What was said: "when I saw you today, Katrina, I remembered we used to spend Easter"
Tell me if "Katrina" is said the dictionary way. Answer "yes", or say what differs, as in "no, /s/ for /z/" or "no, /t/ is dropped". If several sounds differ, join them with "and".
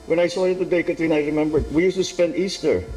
no, /ɹ/ is dropped